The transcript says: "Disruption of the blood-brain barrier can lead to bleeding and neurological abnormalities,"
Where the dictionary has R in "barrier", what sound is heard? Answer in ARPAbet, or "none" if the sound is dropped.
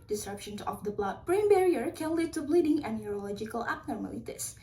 R